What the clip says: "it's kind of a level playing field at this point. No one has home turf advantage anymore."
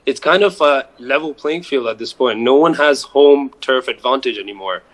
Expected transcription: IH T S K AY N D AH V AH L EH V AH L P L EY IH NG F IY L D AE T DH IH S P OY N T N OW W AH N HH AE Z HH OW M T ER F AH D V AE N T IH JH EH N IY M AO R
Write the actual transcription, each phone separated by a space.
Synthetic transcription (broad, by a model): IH T S K AY N D AH V AH L EH V L P L EY IH NG F IY L D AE T DH IH S P OY N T N OW W AH N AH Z HH OW M T ER F AH D V AE N T IH JH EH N IY M AO R